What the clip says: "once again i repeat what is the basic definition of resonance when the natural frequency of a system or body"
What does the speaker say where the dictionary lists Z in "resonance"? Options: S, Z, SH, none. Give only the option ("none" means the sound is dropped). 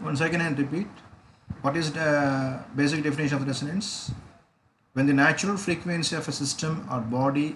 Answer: S